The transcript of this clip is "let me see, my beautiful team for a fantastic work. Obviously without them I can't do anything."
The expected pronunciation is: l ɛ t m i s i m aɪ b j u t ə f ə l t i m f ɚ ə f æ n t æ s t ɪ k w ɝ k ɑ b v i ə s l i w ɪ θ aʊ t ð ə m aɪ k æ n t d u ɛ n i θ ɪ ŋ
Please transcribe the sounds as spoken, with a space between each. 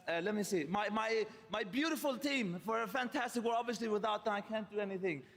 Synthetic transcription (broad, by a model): l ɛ t m i s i m aɪ b j u t ə f ə l t i m f ɚ ə f æ n t æ s t ɪ k w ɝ ɑ b v i ə s l i w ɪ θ aʊ t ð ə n aɪ k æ n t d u ɛ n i θ ɪ ŋ